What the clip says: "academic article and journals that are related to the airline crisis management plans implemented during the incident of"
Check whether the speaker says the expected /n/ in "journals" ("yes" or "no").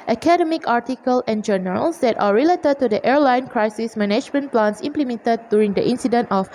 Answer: no